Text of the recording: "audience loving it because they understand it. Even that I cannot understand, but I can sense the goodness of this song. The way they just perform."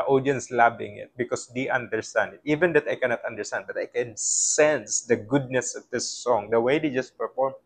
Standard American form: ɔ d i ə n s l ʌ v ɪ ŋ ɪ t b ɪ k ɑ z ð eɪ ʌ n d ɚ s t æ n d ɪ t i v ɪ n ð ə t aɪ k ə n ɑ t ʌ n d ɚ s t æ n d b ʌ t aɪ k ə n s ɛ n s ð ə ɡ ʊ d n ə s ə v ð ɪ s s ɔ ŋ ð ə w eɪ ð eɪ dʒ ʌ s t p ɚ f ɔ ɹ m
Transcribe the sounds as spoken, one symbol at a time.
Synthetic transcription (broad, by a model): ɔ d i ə n s l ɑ b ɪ ŋ ɪ t b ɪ k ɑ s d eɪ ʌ n d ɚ s t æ n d ɪ t i v ɪ n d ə t aɪ k ə n ɑ t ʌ n d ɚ s t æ n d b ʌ t aɪ k ə n s ɛ n s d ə ɡ ʊ d n ə s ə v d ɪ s s ɔ ŋ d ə w eɪ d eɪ dʒ ʌ s t p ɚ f ɔ ɹ m